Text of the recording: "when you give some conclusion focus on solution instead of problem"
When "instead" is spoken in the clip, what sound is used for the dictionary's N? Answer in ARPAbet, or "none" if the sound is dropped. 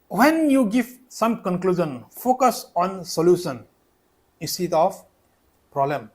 none